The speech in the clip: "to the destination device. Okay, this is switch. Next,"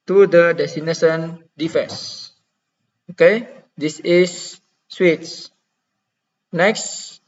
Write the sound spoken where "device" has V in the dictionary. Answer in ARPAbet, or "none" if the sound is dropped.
F